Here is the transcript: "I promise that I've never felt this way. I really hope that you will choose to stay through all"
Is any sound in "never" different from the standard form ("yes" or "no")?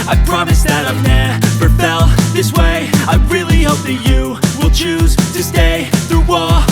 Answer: yes